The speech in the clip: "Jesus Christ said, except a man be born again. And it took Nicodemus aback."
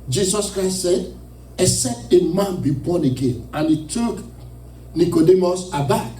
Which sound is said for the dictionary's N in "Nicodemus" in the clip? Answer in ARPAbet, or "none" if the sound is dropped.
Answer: N